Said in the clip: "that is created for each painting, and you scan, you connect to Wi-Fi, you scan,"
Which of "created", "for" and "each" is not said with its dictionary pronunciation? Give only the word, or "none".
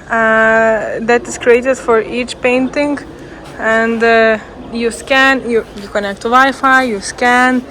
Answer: none